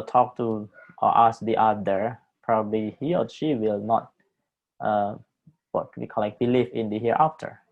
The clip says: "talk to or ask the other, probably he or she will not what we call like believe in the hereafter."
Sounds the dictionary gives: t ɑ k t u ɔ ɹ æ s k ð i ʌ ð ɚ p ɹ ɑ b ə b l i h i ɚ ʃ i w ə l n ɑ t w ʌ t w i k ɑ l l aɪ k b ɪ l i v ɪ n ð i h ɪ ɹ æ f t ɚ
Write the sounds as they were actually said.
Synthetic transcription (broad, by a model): t ɑ k t u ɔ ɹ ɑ s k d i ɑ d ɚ p ɹ ɑ b ə b l i h i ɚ ʃ i w ə l n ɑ t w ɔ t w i k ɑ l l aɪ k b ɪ l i f ɪ n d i h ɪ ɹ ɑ f t ɚ